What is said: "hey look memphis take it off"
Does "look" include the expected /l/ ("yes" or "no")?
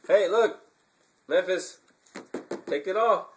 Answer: yes